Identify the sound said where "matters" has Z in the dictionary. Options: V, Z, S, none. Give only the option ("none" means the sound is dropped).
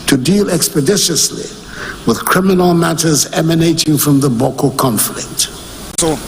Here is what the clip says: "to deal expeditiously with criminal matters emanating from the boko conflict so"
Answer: Z